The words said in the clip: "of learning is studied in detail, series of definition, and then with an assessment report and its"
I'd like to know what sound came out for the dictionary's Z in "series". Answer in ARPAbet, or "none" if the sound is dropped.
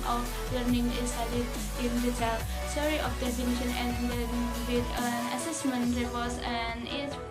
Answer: none